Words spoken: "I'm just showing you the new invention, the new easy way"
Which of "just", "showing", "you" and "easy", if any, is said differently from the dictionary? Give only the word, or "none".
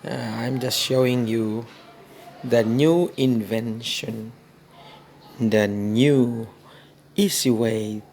easy